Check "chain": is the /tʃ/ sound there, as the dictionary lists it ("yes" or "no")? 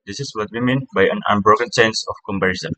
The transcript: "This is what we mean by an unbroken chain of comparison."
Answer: no